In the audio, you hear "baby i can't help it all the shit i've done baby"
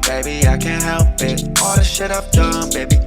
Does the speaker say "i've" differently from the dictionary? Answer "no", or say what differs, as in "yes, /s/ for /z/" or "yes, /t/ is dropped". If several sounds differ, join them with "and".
yes, /p/ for /v/